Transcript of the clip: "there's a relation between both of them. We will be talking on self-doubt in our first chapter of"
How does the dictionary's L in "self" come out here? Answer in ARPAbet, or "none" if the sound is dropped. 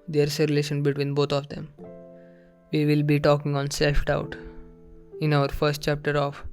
none